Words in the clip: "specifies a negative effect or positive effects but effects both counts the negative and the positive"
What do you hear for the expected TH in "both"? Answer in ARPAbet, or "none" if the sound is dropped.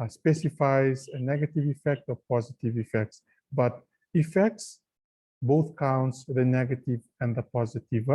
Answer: TH